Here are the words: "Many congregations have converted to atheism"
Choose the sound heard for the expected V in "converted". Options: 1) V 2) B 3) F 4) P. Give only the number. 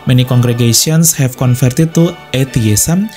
3